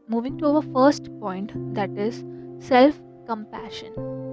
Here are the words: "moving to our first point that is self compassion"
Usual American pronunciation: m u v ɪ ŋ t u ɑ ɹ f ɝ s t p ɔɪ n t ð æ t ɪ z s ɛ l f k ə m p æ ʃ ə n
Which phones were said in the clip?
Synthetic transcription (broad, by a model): m u v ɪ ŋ t u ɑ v f ɝ s t p ɔɪ n t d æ t ɪ z s ɛ l f k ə m p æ ʃ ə n